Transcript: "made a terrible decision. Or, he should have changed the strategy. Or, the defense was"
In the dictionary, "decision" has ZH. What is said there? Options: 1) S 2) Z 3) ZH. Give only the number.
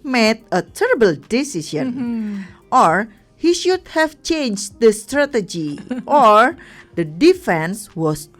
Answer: 1